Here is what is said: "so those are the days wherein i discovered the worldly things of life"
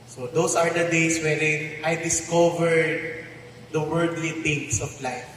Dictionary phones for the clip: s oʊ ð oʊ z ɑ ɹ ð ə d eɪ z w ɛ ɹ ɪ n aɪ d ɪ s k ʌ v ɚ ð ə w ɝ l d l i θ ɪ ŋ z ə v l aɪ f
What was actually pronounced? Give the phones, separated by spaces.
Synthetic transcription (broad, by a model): s oʊ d oʊ s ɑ ɹ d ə d eɪ s w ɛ ɹ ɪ n aɪ d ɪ s k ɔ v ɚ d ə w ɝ d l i t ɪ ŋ s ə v l aɪ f